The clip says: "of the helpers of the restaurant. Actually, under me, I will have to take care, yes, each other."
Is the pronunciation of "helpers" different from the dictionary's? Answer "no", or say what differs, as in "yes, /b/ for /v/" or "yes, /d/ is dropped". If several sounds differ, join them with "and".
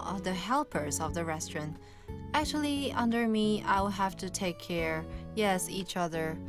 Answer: no